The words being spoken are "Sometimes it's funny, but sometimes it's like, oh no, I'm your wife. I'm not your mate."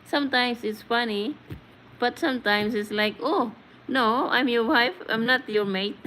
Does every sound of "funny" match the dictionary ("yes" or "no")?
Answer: yes